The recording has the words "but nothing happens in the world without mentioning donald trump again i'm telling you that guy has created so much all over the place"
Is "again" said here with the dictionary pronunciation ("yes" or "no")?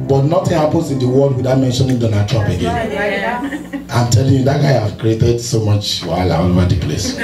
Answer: yes